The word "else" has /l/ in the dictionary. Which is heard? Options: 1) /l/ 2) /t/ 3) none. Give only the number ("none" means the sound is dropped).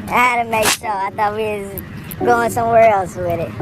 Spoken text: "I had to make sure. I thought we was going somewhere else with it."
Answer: 1